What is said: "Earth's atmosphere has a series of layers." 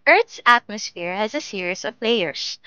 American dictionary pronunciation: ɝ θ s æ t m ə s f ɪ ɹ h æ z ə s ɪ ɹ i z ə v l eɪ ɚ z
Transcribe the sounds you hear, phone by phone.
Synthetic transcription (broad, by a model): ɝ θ s æ t m ə s f ɪ ɹ h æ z ə s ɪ ɹ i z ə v l eɪ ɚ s